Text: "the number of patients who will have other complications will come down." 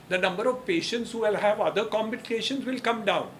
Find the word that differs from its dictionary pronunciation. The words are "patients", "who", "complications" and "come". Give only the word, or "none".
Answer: complications